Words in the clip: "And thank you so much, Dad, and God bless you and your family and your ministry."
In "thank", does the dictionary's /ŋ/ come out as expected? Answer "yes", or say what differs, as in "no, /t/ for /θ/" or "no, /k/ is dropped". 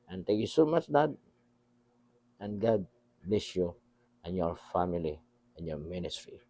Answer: no, /ŋ/ is dropped